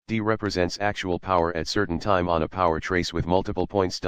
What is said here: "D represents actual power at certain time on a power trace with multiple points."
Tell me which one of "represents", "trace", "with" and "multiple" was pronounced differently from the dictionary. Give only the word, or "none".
none